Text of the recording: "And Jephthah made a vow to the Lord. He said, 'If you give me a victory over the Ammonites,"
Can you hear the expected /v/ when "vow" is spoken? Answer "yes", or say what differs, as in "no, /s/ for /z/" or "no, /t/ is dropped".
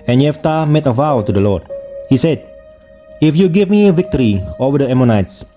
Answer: yes